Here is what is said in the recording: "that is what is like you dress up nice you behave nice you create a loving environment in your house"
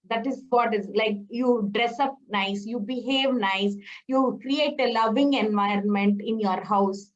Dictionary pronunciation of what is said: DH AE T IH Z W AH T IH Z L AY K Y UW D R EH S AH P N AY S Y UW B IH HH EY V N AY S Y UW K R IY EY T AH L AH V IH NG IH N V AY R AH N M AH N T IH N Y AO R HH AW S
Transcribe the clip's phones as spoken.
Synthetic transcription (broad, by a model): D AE T IH Z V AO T IH Z L AY K Y UW D R EH S AH P N AY S Y UW B IH HH EY V N AY S Y UW K R IY EY T AH L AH V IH NG IH N V AY R AH N M AH N T IH N Y AO R HH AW S